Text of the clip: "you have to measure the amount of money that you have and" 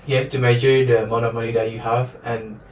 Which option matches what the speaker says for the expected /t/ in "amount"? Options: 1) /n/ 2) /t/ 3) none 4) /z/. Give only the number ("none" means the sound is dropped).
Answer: 3